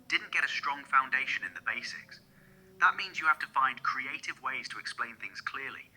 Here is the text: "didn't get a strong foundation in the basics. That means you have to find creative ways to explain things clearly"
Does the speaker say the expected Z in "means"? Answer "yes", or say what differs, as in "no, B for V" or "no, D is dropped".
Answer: yes